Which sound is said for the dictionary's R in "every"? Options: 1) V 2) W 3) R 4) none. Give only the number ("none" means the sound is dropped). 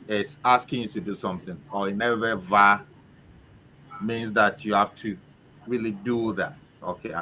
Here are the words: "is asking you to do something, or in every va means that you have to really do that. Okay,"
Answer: 4